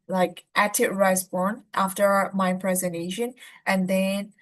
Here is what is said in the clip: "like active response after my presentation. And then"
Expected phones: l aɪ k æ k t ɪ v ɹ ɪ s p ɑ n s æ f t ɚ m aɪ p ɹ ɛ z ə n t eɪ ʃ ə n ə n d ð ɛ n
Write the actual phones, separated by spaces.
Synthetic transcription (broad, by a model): l aɪ k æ t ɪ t ɹ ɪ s b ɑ n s æ f t ɚ m aɪ p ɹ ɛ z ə n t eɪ ʃ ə n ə n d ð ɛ n